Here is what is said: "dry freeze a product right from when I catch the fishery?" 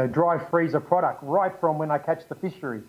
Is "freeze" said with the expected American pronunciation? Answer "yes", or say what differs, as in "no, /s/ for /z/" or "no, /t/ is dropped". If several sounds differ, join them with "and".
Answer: yes